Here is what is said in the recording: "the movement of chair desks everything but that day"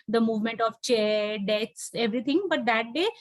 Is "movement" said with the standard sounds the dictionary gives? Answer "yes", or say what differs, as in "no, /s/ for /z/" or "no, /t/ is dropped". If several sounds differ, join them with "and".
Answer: yes